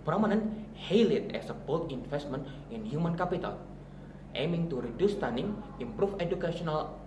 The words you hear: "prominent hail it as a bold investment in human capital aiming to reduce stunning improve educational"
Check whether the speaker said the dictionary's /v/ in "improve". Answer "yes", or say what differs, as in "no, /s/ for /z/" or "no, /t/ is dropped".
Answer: no, /f/ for /v/